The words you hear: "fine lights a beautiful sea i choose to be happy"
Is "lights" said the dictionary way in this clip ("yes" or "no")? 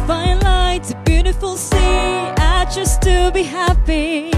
no